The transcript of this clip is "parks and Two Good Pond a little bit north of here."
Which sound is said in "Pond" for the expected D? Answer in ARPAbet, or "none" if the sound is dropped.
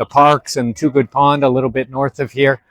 D